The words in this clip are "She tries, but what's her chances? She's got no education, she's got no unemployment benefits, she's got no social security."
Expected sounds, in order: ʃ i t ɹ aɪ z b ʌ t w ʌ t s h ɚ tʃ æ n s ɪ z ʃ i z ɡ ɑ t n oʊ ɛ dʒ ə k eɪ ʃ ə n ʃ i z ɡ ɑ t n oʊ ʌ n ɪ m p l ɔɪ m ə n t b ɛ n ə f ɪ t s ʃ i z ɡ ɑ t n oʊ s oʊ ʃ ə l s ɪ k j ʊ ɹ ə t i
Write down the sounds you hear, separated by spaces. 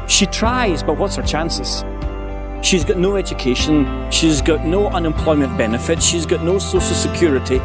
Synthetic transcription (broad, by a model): ʃ i t ɹ aɪ z b ʌ t w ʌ t s h ɚ tʃ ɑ n s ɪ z ʃ i z ɡ ɑ t n oʊ ɛ dʒ ə k eɪ ʃ ə n ʃ i z ɡ ɑ t n oʊ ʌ n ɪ m p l ɔɪ m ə n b ɛ n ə f ɪ t ʃ i z ɡ ɑ t n oʊ s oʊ ʃ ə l s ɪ k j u ɹ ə t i